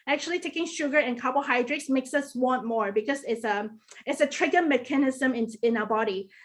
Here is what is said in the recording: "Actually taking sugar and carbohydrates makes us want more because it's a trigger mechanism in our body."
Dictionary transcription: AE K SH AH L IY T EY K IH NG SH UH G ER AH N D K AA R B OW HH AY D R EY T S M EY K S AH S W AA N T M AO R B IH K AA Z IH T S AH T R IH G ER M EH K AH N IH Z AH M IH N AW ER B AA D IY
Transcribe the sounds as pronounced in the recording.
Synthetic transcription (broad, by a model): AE K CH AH L IY T EY K IH NG SH UH G ER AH N K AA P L HH AY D R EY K S M EY K S AH S W AA N T M AO R B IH K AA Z IH T S AH T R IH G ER M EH K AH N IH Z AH M IH N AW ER B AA D IY